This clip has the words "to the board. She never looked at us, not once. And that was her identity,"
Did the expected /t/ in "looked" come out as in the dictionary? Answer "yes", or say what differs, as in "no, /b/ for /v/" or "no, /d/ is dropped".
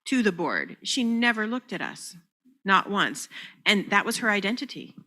yes